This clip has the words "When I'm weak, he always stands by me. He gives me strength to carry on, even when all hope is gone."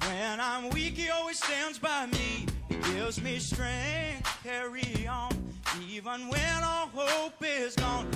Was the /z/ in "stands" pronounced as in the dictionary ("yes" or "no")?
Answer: yes